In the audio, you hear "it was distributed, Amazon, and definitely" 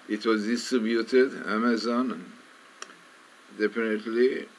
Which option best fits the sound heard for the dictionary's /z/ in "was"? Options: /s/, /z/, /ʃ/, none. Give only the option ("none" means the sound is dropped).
/z/